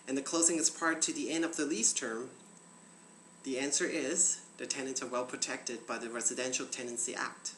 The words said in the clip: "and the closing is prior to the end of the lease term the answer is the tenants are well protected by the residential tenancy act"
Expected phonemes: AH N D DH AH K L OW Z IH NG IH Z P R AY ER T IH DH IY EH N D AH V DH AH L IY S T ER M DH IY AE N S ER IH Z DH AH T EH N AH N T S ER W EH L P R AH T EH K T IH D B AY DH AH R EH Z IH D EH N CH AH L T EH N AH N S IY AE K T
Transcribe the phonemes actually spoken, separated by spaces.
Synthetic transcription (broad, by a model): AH N DH AH K L OW Z IH NG IH Z P R T IH DH IY EH N D AH V DH AH L IY S T ER M DH IY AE N S ER IH Z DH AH T EH N AH N T S ER W EH L P R AH T EH K T IH D B AY DH AH R EH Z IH D EH N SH L T EH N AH N S IY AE K T